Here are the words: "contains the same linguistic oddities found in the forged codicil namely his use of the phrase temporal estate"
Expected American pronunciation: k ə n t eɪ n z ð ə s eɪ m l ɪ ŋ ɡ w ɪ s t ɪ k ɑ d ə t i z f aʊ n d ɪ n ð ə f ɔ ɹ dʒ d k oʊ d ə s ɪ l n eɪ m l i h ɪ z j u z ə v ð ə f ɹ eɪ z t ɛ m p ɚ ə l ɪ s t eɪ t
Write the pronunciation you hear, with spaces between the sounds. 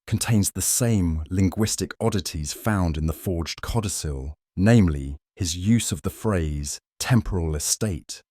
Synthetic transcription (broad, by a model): k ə n t eɪ n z ð ə s eɪ m l ɪ ŋ ɡ w ɪ s t ɪ k ɑ d ə t i z f aʊ n d ɪ n ð ə f ɔ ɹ dʒ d k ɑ d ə s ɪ l n eɪ m l i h ɪ z j u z ə v ð ə f ɹ eɪ z t ɛ m p ɚ ə l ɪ s t eɪ t